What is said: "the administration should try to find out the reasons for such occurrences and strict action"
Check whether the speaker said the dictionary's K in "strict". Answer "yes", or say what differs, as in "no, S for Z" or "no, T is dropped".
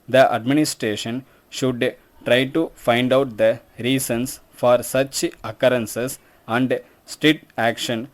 no, K is dropped